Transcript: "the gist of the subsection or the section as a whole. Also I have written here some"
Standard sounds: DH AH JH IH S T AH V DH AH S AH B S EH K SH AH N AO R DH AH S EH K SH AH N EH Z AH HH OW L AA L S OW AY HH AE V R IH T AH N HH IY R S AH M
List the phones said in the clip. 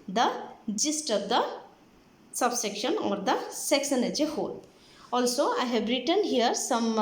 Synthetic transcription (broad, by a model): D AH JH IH S T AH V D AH S AH B S EH K SH AH N AO R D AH S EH K S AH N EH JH AH HH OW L AA L S OW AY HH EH B R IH T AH N HH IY R S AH M